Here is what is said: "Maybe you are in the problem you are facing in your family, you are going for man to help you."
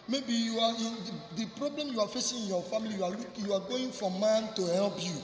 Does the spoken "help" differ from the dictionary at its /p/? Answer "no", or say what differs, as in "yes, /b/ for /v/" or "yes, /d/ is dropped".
yes, /b/ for /p/